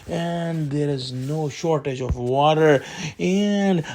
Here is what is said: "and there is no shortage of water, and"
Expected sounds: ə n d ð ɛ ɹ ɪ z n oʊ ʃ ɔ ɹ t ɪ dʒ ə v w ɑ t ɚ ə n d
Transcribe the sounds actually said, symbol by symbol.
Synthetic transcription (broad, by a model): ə n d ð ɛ ɹ ɪ z n oʊ ʃ ɔ ɹ t ɪ dʒ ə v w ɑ t ɚ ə n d